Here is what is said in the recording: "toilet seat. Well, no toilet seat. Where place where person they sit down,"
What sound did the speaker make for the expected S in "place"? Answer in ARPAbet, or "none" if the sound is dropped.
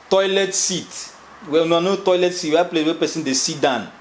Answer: none